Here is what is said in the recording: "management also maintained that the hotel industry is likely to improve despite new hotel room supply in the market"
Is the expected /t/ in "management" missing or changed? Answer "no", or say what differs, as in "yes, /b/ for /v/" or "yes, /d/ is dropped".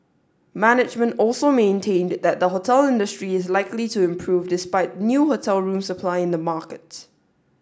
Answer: no